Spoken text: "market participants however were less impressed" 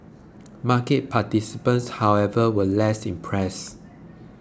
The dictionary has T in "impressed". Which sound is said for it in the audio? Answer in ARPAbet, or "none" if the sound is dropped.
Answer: none